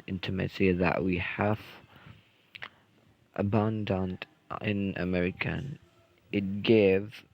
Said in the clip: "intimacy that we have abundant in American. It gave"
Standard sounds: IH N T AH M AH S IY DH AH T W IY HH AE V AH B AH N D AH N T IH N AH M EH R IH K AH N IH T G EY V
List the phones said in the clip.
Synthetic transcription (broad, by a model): IH N T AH M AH S IY DH AH T W IY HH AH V AH B AH N D AH N T IH N AH M EH R IH K AH N IH T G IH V